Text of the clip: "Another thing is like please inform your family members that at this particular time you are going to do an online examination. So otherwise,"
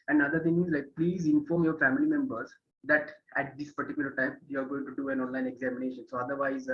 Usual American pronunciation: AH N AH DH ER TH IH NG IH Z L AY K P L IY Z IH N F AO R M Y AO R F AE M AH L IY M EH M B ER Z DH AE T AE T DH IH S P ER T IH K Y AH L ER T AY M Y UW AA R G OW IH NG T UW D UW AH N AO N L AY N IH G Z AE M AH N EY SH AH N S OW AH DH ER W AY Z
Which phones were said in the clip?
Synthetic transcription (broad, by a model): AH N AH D ER T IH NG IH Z L AY K P L IY Z IH N F AO R M Y AO R F AE M AH L IY M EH M B ER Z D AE T AE T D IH S P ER T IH K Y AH L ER T AY M Y UW AA R G OW IH NG T UW D UW AH N AO N L AY N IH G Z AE M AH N EY SH AH N S OW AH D ER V AY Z